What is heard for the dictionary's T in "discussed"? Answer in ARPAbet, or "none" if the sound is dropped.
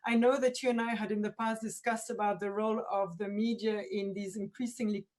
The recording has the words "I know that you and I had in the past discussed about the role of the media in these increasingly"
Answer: T